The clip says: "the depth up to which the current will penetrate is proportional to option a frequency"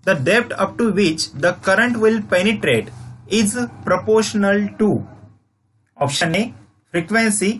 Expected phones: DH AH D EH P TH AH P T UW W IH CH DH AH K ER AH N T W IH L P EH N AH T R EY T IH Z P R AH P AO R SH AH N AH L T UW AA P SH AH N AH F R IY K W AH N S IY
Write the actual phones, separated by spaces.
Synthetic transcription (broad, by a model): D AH D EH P T AH P T UW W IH CH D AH K ER AH N T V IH L P EH N AH T R EY T IH Z P R AH P AO R SH AH N AH L T UW AA P SH AH N AH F R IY K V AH N S IY